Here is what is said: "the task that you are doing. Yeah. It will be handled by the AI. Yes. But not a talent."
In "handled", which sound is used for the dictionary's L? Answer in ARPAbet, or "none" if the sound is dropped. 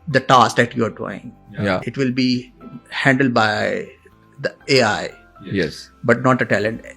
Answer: L